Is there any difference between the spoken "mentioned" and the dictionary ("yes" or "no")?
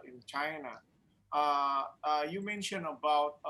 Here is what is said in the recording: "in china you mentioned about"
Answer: yes